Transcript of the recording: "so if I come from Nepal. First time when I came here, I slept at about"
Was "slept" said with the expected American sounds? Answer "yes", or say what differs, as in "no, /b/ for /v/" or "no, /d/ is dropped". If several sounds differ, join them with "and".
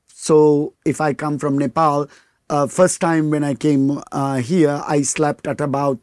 yes